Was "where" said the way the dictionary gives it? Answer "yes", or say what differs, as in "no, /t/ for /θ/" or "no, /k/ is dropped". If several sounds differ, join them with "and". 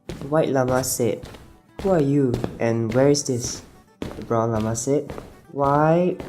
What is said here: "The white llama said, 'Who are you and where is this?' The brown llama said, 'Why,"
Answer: yes